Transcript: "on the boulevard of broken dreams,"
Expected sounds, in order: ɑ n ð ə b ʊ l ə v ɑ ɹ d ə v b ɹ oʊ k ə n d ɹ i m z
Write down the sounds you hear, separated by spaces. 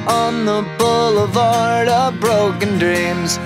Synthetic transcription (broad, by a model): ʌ n ð ə b ʊ l ə v ɑ ɹ d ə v b ɹ oʊ k ə n d ɹ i m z